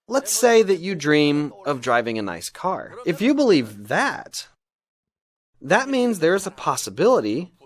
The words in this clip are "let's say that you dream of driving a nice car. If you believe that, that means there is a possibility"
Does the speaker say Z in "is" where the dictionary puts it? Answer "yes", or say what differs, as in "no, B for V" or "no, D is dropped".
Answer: yes